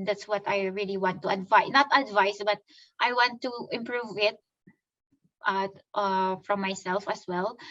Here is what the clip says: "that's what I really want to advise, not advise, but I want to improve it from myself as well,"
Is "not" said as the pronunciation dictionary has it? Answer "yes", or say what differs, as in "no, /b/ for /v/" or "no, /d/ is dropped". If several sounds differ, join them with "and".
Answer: yes